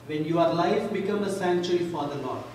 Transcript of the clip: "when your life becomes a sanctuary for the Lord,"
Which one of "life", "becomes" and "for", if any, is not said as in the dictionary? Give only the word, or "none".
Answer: becomes